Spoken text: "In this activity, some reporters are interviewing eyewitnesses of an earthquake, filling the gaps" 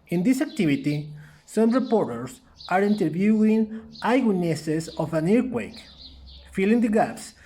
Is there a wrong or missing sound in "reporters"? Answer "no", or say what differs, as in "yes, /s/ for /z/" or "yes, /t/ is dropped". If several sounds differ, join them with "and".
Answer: yes, /s/ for /z/